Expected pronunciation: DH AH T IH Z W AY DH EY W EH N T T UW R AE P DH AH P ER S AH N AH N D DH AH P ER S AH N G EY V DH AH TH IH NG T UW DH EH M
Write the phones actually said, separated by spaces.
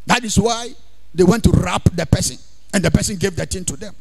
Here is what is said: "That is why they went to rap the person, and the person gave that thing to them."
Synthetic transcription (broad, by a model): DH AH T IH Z W AY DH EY W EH N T T UW R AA P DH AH P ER S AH N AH N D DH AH P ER S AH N G EY V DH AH T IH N T UW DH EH M